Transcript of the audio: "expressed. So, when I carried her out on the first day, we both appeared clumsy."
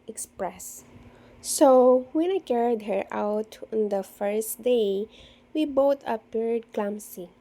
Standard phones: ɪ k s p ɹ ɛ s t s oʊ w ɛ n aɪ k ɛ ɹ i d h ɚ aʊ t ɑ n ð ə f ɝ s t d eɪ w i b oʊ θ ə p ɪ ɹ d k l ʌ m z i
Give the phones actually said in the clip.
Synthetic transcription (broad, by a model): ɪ k s p ɹ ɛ s s oʊ w ɛ n aɪ k ɛ ɹ i d h ɚ aʊ t ɑ n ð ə f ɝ s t d eɪ w i b oʊ t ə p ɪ ɹ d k l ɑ m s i